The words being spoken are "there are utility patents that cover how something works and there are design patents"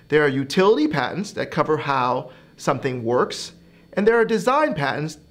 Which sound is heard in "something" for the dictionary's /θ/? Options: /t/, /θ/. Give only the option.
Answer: /θ/